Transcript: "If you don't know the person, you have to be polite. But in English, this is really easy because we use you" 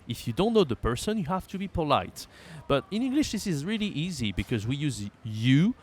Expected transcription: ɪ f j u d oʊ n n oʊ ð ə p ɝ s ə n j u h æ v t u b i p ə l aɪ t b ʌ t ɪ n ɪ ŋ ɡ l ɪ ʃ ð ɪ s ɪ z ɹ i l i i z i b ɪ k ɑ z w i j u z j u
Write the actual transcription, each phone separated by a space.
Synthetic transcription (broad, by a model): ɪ f j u d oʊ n n oʊ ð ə p ɝ s ə n j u h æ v t u b i p ə l aɪ t b ʌ t ɪ n ɪ ŋ ɡ l ɪ ʃ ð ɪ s ɪ z ɹ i l i i z i b ɪ k ɑ z w i j u z j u